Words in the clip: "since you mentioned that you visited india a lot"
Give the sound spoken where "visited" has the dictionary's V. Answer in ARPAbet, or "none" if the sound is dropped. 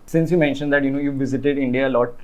V